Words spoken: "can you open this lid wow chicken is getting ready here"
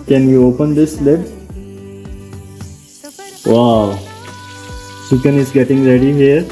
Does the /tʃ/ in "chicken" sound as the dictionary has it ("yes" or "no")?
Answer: no